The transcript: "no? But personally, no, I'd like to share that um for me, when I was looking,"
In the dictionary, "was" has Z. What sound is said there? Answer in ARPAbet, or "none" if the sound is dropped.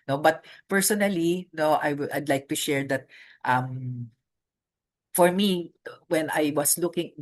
S